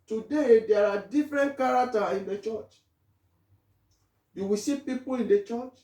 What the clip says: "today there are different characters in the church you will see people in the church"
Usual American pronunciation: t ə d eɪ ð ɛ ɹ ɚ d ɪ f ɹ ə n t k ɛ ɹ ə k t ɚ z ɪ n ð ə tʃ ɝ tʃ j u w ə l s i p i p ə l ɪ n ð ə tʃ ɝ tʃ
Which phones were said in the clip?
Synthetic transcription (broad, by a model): t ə d eɪ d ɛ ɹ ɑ d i f ɹ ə n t k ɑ ɹ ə k t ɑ ɪ n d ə tʃ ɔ tʃ j u w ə s i p i p ə l ɪ n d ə tʃ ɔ tʃ